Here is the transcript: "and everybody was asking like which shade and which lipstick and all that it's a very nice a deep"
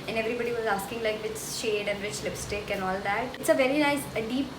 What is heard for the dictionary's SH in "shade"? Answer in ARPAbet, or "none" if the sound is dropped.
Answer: SH